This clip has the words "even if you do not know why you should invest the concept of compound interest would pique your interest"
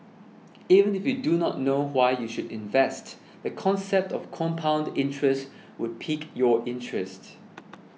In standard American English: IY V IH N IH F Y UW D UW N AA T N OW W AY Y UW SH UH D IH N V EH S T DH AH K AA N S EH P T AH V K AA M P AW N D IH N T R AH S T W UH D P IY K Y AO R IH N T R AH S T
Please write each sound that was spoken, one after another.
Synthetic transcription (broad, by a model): IY V IH N IH F Y UW D UW N AA T N OW W AY Y UW SH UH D IH N V EH S T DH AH K AA N S EH P T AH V K AA M P AW N D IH N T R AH S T W UH D P IY K Y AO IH N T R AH S T